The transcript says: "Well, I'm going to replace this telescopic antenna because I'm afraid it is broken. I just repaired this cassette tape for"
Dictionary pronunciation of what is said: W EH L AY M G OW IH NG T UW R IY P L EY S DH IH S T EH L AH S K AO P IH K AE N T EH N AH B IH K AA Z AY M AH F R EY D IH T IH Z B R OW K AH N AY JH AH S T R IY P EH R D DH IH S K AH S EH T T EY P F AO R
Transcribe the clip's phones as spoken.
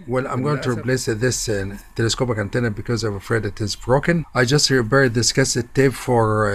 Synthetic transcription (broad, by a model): W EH L AY M G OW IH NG T UW R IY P L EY S DH IH S T EH L AH S K AO P IH K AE N T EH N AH B IH K AA Z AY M AH F R EY D IH T IH Z B R OW K AH N AY JH AH S T R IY B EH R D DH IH S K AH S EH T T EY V F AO R